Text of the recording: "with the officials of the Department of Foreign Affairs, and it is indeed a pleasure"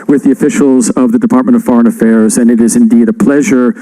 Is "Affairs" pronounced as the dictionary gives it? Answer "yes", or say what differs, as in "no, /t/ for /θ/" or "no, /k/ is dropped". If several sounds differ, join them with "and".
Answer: yes